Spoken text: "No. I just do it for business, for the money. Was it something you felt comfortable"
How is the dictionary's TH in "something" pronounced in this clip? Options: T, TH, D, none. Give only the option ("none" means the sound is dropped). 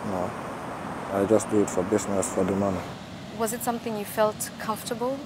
TH